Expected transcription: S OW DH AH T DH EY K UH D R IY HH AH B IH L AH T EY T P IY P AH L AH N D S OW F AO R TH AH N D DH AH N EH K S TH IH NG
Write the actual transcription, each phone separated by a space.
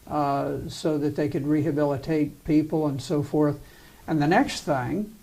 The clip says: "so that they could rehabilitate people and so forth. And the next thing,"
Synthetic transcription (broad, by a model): S OW DH AH T DH EY K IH D R IY HH AH B IH L AH T EY T P IY P L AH N S OW F AO R TH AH N DH AH N EH K S TH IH NG